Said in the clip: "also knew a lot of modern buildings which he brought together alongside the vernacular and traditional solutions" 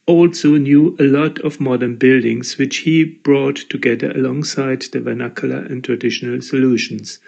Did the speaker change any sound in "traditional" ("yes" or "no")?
no